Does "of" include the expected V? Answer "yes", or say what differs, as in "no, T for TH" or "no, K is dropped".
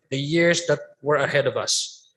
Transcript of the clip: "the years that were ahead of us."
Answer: yes